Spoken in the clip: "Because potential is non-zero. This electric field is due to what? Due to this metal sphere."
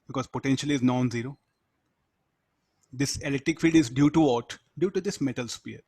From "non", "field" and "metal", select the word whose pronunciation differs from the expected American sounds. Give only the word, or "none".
field